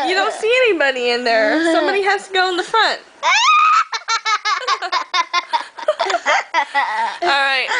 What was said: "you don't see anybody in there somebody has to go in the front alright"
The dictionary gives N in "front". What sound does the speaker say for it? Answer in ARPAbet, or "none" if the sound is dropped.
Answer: N